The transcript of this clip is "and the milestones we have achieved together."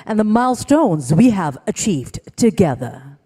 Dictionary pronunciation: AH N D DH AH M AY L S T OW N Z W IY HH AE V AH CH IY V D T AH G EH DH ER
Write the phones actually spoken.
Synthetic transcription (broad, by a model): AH N DH AH M AY L S T OW N Z W IY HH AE V AH CH IY V D T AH G EH DH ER